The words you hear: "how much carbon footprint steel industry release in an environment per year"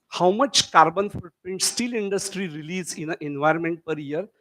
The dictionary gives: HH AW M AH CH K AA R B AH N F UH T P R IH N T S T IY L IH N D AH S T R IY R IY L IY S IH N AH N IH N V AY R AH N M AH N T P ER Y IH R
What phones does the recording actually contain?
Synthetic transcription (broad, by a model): HH AW M AH CH K AA R B AH N F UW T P IH N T S T IY L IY N D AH S T R IY R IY L IY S IH N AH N IH N V AY R AH N M AH N T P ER Y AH R